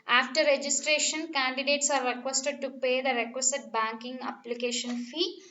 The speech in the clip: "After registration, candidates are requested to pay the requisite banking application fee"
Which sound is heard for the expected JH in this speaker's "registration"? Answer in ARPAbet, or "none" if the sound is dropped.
JH